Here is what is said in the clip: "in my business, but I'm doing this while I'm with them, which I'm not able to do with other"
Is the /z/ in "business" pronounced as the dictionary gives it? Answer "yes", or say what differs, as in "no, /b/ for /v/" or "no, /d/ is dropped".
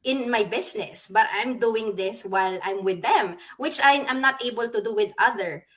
no, /s/ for /z/